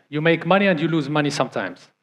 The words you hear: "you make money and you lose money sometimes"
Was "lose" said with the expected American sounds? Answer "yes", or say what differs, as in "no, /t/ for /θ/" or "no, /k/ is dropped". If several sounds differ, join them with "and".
yes